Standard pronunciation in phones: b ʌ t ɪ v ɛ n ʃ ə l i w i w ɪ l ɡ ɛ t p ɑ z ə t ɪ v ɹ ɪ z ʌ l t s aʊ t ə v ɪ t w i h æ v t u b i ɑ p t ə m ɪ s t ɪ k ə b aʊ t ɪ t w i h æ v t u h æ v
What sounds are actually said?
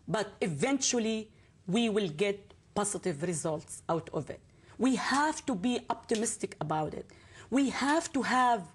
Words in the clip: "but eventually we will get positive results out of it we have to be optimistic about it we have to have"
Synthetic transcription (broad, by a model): b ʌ t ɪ v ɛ n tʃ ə l i w i w ɪ l ɡ ɛ t p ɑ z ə t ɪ v ɹ ɪ z ʌ l t s aʊ t ə v ɪ t w i h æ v t u b i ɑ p t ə m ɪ s t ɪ k ə b aʊ t ɪ t w i h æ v t u h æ v